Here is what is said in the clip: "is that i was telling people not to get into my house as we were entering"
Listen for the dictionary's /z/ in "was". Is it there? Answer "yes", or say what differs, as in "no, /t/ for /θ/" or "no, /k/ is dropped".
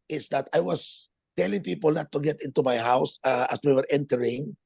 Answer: no, /s/ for /z/